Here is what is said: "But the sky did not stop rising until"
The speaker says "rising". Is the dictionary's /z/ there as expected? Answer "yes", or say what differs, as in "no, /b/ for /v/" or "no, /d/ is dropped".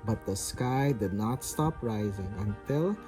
yes